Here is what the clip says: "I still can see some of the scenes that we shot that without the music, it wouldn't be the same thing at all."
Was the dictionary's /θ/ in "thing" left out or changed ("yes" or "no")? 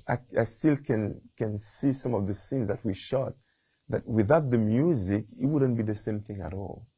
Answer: no